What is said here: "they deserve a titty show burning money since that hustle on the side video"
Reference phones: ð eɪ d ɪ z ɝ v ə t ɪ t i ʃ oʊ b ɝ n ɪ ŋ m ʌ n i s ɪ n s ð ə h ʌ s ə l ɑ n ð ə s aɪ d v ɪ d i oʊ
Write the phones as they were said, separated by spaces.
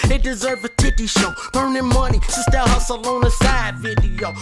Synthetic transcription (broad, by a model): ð eɪ d ɪ z ɝ v ə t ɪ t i ʃ oʊ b ɝ n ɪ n m ʌ n i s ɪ s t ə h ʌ s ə l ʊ n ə s aɪ d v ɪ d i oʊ